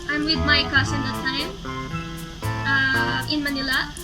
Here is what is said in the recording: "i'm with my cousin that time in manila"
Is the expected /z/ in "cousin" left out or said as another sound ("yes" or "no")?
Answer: yes